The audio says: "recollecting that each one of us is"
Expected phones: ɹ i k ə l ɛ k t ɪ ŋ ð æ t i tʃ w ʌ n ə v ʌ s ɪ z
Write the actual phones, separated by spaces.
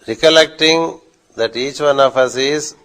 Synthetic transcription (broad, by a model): ɹ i k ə l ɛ k t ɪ ŋ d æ t i tʃ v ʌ n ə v ʌ s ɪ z